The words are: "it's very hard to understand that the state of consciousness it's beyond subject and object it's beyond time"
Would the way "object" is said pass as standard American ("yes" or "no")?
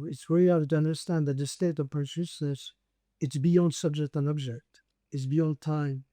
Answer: yes